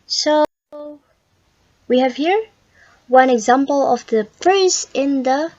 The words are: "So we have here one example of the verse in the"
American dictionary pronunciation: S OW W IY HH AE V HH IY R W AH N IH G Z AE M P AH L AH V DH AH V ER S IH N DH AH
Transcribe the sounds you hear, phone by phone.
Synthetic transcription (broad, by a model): S OW W IY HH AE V HH IY R W AH N IH G Z AE M P AH L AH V DH AH P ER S IH N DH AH